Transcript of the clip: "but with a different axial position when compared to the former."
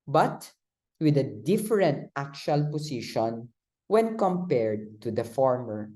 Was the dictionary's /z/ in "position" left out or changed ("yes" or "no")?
yes